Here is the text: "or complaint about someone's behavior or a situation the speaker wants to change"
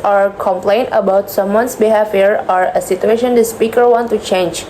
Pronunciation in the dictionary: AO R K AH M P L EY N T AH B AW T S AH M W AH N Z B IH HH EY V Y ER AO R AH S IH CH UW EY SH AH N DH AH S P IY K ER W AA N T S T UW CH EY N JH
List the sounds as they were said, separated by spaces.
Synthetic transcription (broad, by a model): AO R K AH M P L EY N T AH B AW T S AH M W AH N S B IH HH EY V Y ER AO R AH S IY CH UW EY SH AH N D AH S P IY K ER W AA N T T UW CH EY N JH